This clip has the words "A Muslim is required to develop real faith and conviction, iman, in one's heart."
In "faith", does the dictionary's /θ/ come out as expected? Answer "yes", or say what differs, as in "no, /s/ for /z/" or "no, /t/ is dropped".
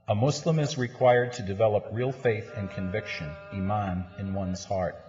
yes